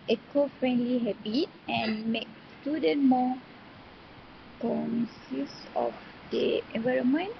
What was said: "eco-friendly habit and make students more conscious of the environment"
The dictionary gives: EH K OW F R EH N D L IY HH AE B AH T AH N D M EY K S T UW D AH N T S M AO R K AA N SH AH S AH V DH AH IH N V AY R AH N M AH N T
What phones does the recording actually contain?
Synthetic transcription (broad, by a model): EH K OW F R EH N D L IY HH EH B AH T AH N M EY K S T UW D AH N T M AO K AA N S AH S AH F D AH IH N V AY R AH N M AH N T